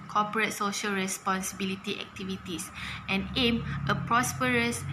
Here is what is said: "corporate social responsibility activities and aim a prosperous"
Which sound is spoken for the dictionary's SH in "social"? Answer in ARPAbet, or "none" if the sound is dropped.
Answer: SH